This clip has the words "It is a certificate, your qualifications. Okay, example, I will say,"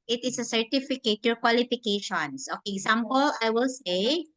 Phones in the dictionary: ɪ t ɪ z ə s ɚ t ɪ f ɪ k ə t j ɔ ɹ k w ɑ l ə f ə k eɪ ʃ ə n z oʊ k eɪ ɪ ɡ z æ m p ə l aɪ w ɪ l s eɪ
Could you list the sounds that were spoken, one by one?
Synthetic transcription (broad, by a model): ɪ t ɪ s ə s ɚ t ɪ f ɪ k ə t j ɔ ɹ k w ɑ l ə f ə k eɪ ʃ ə n s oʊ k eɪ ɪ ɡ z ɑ m p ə l aɪ w ɪ l s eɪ